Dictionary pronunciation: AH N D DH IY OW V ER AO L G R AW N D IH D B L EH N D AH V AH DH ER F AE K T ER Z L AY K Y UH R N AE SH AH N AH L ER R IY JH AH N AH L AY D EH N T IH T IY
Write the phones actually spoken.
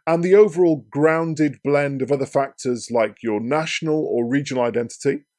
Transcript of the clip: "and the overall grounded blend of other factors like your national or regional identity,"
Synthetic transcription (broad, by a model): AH N DH IY OW V ER AO L G R AW N D IH D B L EH N D AH V AH DH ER F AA K T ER Z L AY K Y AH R N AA SH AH N AH L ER R IY JH AH N AH L AY D EH N T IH T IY